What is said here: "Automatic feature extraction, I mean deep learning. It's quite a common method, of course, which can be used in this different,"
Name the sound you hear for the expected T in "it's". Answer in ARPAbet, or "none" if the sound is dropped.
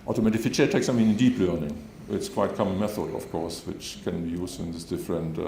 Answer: T